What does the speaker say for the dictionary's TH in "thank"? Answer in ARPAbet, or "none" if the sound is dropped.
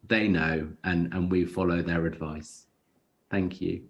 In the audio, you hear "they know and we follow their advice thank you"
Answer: TH